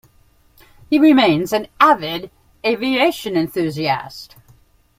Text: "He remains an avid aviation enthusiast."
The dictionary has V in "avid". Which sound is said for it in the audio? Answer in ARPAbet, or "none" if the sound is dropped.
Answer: V